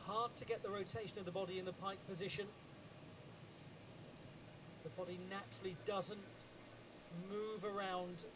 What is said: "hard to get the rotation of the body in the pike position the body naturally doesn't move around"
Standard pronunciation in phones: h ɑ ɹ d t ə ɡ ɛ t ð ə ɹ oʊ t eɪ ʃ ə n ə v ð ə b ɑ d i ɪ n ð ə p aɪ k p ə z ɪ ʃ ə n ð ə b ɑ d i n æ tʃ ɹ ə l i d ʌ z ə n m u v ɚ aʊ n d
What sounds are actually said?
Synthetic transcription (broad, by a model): h ɑ ɹ d t ə ɡ ɛ t ð ə ɹ oʊ t eɪ ʃ ə n ə v ð ə b ɑ d i ɪ n ð ə p aɪ k p ə z ɪ ʃ ə n ð ə b ɑ d i n æ tʃ ɹ ə l i d ʌ z ə n m u v ɚ aʊ n d